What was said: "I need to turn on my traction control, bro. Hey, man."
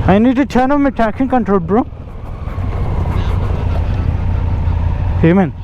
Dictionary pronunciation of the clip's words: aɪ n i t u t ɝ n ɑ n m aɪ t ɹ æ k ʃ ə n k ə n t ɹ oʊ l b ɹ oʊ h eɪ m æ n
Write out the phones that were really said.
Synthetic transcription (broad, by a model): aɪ n i t u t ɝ n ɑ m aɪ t æ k s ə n k ə n t ɹ oʊ l b ɹ oʊ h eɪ m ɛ n